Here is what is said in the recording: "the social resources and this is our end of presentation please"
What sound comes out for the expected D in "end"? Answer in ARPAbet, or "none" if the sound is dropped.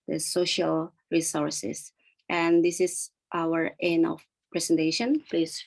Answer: none